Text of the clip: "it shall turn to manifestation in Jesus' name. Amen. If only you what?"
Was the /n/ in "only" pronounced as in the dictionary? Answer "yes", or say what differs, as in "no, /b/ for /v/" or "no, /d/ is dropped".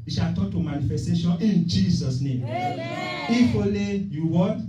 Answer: no, /n/ is dropped